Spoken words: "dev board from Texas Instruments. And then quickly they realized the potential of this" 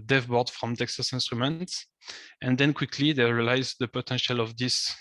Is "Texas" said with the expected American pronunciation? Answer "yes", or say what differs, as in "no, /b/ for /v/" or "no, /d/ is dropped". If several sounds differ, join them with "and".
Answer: yes